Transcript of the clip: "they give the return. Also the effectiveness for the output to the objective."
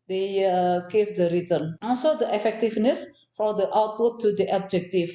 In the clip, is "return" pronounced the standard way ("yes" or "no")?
no